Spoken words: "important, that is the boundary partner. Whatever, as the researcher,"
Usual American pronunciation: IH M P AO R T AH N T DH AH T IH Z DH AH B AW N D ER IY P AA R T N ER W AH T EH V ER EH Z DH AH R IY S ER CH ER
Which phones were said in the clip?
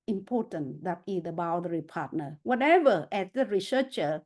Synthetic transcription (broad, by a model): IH M P AO T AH N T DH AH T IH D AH B AW D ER IY P AA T N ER W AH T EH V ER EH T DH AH R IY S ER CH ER